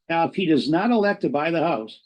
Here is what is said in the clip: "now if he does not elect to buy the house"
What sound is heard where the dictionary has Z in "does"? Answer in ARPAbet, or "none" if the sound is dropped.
Z